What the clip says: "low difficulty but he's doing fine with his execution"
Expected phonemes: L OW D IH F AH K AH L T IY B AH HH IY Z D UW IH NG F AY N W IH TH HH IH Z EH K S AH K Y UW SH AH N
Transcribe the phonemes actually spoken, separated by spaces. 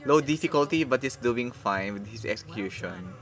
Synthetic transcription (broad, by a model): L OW D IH F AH K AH L T IY B AH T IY S D UW IH NG F AY N W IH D HH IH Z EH K S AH K Y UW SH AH N